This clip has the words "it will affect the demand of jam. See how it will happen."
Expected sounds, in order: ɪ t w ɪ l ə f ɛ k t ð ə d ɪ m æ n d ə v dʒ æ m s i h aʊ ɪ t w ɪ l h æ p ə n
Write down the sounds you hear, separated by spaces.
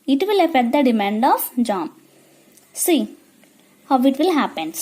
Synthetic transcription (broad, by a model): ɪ t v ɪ l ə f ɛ t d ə d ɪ m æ n d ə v dʒ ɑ m s i h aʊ ɪ t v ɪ l h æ p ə n